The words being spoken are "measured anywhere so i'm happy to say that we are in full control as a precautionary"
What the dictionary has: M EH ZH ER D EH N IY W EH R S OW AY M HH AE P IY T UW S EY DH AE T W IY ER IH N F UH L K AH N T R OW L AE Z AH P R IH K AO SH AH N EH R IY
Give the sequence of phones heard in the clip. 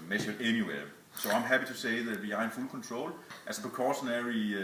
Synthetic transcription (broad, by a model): M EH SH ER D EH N IY W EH S OW AY M HH AE P IY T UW S EY DH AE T W IY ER IH N F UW L K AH N S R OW L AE S AH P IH K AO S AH N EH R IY